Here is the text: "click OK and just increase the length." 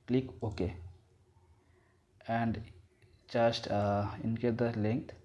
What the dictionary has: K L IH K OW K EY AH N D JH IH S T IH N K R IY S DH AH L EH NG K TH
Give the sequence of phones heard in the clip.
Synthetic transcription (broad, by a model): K L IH K OW K EY AH N D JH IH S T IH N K IY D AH L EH NG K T